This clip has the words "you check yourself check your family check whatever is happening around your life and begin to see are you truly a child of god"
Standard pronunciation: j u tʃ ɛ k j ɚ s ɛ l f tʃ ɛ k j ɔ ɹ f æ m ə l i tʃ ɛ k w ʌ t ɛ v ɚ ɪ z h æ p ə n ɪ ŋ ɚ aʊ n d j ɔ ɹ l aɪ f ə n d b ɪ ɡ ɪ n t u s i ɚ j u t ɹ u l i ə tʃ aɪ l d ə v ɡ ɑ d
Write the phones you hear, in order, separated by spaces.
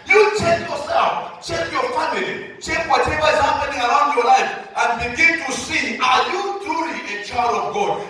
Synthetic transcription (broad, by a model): j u tʃ ɛ k j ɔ s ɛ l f tʃ ɛ k j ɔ f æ m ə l i tʃ ɛ k w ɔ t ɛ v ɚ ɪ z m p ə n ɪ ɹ aʊ n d j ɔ l aɪ f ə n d b ɪ ɡ ɪ n t u s i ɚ j u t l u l i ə tʃ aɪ d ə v ɡ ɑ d